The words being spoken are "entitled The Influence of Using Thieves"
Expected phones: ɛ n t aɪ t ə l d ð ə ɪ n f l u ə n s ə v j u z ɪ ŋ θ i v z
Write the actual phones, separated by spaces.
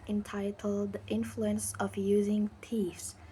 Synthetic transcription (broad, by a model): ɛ n t aɪ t l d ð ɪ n f l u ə n s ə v j u z ɪ ŋ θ i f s